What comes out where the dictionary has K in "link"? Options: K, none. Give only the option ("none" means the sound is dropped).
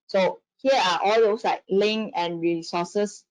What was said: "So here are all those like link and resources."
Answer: none